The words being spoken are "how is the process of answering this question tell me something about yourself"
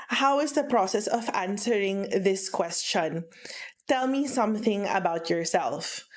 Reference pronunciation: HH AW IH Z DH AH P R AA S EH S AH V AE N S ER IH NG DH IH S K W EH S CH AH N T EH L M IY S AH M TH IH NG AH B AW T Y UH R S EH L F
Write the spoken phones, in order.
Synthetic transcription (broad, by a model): HH AW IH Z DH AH P R AA S EH S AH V AE N S ER IH NG DH IH S K W EH S CH AH N T EH L M IY S AH M TH IH NG AH B AW T Y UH R S EH L F